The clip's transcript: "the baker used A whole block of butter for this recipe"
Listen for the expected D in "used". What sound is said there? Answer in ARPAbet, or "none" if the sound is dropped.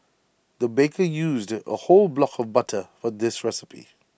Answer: D